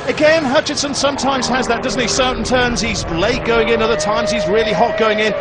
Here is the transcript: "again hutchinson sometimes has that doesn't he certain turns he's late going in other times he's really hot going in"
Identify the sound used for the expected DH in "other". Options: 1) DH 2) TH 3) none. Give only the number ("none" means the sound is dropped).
1